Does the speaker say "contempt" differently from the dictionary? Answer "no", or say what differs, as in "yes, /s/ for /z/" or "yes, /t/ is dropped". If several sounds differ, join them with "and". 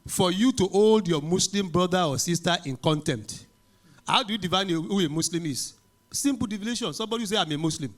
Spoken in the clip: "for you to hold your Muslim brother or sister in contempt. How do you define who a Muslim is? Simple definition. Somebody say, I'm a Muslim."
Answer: yes, /p/ is dropped